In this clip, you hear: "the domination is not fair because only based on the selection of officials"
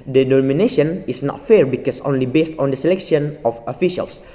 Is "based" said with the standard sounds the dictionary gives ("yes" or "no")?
yes